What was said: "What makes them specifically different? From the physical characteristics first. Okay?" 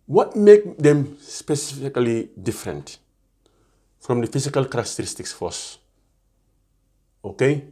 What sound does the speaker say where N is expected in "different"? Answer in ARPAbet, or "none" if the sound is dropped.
N